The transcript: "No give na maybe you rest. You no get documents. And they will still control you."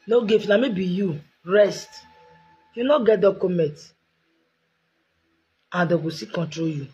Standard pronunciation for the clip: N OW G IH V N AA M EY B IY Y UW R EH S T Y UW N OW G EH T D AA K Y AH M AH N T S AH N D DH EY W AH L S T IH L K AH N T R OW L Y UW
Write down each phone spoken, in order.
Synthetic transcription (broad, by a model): N OW G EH F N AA M EY B IY Y UW R EH S T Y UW N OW G EH T D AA K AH M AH N T AH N D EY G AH S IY K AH N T R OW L Y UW